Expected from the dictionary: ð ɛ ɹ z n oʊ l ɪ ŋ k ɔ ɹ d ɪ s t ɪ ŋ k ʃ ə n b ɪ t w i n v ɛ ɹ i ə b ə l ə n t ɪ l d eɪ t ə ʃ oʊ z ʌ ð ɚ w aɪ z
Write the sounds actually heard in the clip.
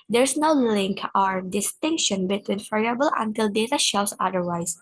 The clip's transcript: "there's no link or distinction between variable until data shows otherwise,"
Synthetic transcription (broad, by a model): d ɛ ɹ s n oʊ l ɪ ŋ k ɔ ɹ d ɪ s t ɪ ŋ k ʃ ə n b ɪ t w i n f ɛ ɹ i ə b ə l ə n t ɪ l d eɪ t ə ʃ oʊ s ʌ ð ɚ w aɪ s